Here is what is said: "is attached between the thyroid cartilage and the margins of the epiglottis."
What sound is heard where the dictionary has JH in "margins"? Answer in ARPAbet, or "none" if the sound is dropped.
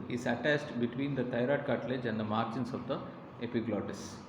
CH